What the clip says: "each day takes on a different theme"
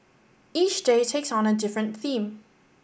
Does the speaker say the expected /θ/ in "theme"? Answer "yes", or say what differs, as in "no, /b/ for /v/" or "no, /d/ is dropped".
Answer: yes